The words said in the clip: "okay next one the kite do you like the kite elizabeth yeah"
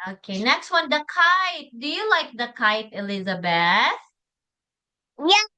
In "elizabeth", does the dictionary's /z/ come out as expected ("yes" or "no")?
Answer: yes